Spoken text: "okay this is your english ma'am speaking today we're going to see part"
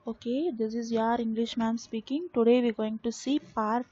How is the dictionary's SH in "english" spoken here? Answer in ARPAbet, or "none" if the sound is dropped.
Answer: SH